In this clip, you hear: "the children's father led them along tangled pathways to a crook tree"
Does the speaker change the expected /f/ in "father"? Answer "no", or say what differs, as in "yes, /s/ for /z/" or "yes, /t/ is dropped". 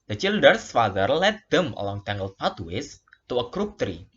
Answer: no